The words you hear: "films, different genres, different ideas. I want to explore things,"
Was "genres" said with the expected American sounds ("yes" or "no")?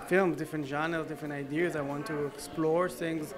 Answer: no